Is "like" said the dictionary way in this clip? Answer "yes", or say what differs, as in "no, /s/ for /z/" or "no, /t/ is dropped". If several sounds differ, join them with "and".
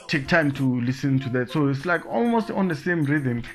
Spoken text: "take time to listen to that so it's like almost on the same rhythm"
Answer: yes